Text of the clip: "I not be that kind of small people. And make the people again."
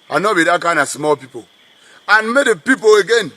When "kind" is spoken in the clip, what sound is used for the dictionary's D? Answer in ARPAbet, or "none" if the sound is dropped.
none